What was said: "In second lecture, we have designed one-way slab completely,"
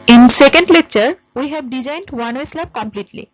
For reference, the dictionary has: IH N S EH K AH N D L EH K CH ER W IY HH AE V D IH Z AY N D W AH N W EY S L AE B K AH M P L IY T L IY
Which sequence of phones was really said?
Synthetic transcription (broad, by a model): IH N S EH K AH N D L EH K CH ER W IY HH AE B D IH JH AY N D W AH N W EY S L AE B K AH M P L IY T L IY